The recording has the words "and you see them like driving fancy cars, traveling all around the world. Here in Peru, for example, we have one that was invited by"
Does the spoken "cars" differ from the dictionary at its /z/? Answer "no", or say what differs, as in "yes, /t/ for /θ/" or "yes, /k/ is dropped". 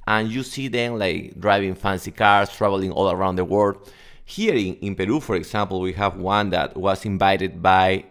yes, /s/ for /z/